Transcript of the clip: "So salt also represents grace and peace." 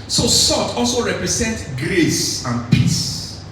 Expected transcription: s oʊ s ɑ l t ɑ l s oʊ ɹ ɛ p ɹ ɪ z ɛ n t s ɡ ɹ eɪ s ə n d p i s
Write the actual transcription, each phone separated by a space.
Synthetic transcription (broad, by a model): s oʊ s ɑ t ɑ l s oʊ ɹ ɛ p ɹ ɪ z ɛ n t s ɡ ɹ eɪ s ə n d p i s